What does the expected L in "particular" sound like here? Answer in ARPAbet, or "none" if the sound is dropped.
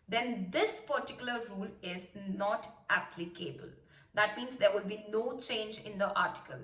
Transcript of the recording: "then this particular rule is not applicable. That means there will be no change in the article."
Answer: L